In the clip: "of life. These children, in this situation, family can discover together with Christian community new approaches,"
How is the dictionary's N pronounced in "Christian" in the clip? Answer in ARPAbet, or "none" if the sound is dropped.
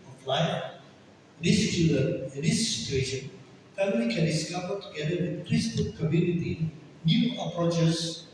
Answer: L